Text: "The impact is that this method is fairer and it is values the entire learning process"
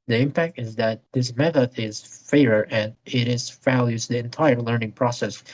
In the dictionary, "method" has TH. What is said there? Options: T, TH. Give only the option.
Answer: TH